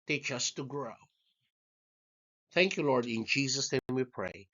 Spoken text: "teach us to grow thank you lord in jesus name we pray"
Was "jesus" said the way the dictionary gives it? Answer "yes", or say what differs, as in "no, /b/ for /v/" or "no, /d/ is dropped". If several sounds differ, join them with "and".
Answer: yes